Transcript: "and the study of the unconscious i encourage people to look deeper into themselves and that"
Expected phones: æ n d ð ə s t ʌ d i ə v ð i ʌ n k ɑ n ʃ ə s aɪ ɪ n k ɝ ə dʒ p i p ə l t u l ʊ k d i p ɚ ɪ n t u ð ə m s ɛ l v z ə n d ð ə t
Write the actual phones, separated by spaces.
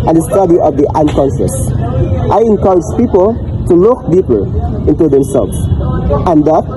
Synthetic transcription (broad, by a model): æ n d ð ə s t ʌ d i ə v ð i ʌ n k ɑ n s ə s aɪ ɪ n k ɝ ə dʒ p i p ə l t u l ʊ k d i p ɚ ɪ n t u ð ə m s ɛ l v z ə n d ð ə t